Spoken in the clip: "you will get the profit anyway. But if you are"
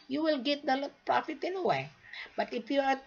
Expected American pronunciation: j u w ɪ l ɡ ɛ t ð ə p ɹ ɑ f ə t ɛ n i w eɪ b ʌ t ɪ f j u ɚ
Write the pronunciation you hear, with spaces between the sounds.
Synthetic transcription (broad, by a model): j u w ɪ l ɡ ɛ t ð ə p ɹ ɑ f ə t ɛ n i w eɪ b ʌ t ɪ f j u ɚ